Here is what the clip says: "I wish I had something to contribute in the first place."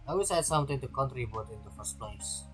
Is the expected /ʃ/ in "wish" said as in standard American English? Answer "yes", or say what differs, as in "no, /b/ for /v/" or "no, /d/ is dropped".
no, /s/ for /ʃ/